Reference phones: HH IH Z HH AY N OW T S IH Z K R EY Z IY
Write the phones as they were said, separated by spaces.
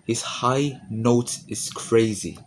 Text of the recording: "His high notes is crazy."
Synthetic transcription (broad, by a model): HH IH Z HH AY N OW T IH Z K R EY Z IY